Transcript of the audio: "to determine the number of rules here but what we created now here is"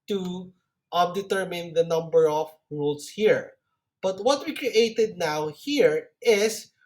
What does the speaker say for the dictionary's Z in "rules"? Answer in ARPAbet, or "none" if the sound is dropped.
S